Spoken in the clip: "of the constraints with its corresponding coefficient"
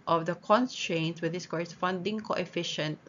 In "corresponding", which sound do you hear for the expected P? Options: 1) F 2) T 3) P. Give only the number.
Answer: 1